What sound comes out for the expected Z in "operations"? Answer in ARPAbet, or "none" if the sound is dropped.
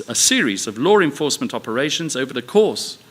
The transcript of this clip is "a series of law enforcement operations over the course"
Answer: Z